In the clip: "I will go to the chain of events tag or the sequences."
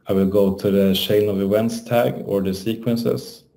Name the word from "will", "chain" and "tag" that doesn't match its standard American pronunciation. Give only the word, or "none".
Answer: chain